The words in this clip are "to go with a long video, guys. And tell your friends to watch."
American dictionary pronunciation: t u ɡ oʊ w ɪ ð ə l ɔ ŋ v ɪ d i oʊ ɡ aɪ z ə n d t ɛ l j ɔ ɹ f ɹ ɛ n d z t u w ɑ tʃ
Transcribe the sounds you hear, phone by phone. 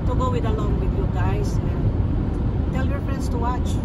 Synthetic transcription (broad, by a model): t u ɡ oʊ w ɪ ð ə l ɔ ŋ w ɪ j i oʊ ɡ aɪ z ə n t ɛ l j ɔ ɹ f ɹ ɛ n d s t u w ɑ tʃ